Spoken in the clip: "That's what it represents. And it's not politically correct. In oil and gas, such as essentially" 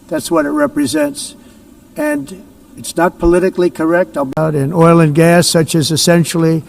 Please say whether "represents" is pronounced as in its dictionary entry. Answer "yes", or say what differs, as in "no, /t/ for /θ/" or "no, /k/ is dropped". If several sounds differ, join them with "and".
yes